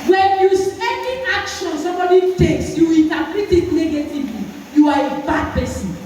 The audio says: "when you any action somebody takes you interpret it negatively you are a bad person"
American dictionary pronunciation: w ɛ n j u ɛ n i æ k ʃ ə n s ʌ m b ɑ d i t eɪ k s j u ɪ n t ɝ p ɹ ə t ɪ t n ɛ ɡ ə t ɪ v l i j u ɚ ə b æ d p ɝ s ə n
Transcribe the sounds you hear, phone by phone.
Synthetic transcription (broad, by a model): w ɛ n j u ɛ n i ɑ k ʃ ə n s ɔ m b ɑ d i t eɪ k s j u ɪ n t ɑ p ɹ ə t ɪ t n ɛ ɡ ə t ɪ v l i j u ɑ ə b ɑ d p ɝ s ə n